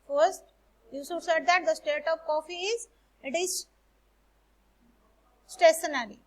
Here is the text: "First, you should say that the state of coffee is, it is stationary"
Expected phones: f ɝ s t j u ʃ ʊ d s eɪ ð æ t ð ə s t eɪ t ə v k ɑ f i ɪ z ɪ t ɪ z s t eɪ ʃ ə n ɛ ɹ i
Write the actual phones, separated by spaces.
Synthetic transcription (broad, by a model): f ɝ s t j u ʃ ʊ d s eɪ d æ t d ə s t eɪ t ə v k ɑ f i ɪ z ɪ t ɪ z s t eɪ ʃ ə n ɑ ɹ i